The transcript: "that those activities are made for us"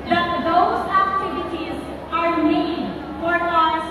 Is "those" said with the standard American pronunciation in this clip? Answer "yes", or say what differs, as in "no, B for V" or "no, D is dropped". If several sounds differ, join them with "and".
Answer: yes